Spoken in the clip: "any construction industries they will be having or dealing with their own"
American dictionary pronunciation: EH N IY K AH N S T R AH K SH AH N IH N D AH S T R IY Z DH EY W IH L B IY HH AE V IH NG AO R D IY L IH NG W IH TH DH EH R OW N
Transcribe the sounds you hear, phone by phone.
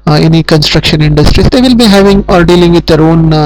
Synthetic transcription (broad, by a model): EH N IY K AH N S T R AH K SH AH N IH N D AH S T R IY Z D EY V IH L B IY HH AE V IH NG AO R D IY L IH NG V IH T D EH R OW N